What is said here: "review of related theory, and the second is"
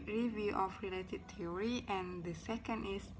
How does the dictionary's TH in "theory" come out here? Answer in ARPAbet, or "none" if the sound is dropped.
T